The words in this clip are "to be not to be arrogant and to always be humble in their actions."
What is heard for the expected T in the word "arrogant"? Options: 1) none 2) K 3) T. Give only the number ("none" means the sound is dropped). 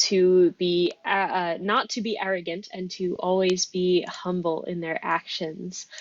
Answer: 3